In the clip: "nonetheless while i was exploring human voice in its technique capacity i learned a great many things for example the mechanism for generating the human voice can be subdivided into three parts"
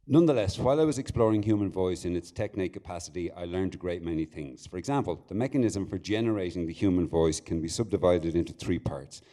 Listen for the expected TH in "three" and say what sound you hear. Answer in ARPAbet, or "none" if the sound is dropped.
TH